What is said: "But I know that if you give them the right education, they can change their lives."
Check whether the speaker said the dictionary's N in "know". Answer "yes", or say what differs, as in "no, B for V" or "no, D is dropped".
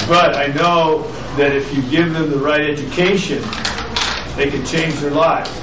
yes